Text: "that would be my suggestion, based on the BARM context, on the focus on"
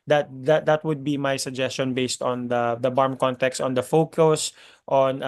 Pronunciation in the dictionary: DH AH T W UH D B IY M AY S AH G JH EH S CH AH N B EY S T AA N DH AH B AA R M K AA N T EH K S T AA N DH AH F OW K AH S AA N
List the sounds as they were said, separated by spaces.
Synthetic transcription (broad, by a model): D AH T W UH D B IY M AY S AH G JH EH S CH AH N B EY S T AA N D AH B AA R M K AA N T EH K S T AA N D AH F OW K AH S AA N